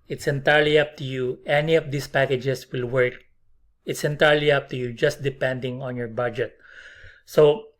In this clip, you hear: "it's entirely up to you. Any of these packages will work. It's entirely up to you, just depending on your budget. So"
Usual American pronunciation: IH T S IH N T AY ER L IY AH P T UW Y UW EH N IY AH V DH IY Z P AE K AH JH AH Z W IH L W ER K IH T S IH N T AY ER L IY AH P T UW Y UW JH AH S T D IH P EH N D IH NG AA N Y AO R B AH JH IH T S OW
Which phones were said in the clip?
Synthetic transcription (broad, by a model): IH T S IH N T AY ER L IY AH P T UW Y UW EH N IY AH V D IY S P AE K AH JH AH S W IH L W ER K IH T S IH N T AY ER L IY AH P T UW Y UW JH AH S T D IH P EH N D IH NG AA N Y AO R B AH JH IH T S OW